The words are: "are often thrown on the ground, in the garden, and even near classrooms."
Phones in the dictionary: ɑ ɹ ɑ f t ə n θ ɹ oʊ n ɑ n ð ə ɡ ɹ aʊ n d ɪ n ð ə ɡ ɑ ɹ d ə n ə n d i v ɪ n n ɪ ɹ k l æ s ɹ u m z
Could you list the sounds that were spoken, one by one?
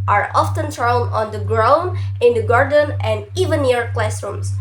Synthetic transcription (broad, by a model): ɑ ɹ ɑ f t ə n t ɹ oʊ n ɑ n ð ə ɡ ɹ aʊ n ɪ n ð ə ɡ ɑ ɹ d ə n ə n d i v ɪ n n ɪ ɹ k l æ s ɹ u m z